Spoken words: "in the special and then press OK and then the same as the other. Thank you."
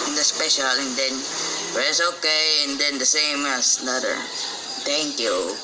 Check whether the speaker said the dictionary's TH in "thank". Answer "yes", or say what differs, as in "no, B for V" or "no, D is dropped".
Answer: no, T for TH